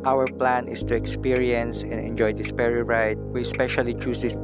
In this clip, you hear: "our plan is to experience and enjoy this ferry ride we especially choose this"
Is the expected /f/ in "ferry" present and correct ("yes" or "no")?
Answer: no